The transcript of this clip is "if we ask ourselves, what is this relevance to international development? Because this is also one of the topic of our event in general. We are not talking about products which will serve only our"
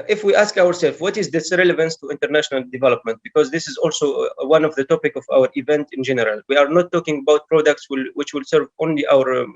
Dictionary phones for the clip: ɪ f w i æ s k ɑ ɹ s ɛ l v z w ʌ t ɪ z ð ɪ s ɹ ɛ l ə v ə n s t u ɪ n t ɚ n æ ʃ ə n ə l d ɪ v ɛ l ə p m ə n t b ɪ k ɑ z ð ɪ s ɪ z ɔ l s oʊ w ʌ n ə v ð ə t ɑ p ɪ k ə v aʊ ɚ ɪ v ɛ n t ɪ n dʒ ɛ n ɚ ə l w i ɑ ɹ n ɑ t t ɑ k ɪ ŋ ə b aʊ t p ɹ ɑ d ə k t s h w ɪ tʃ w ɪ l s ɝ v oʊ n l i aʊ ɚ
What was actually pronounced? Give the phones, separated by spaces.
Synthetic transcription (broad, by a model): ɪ f w i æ s k ɑ ɹ s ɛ l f w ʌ t ɪ z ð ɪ s ɹ ɛ l ə v ə n s t u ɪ n t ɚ n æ ʃ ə n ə l d ɪ v ɛ l ə p m ə n t b ɪ k ɑ z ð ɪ s ɪ z ɔ l s oʊ w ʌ n ə v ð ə t ɑ p ɪ k ə v aʊ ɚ ɪ v ɛ n t ɪ n dʒ ɛ n ɚ ə l w i ɑ ɹ n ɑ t t ɑ k ɪ ŋ ə b aʊ t p ɹ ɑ d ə k t s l w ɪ tʃ w ɪ l s ɝ v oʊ n l i aʊ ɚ